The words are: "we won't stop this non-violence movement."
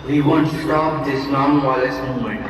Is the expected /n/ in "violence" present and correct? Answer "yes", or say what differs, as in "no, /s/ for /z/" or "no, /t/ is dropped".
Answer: no, /n/ is dropped